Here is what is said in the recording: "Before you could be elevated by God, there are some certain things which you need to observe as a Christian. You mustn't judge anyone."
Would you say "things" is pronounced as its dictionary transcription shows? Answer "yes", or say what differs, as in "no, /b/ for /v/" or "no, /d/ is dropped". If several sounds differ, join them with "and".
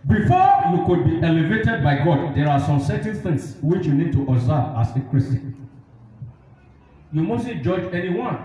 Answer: no, /t/ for /θ/